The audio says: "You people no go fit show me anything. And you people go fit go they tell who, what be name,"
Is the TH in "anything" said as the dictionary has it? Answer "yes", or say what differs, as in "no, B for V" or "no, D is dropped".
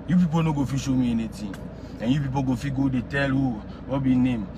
no, T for TH